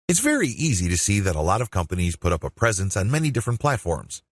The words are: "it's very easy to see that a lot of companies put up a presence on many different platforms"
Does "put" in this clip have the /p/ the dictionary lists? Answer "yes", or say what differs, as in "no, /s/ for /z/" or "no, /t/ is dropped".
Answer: yes